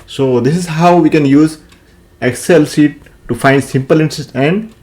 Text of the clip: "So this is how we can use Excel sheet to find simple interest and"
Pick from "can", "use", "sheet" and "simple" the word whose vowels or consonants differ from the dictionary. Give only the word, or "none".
sheet